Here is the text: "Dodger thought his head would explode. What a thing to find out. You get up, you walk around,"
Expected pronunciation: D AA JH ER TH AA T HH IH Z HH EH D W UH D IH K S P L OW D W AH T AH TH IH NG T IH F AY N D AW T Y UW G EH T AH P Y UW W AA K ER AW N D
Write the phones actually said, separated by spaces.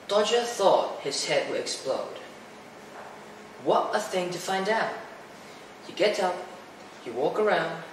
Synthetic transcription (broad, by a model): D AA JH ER TH AA T HH IH Z HH EH D W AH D IH K S P L OW D W AH T AH TH IH NG T IH F AY N D AW T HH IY G EH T AH P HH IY W AA K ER AW N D